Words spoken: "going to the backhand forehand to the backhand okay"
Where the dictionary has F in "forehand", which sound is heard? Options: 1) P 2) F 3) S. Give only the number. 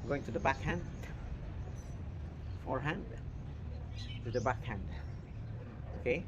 2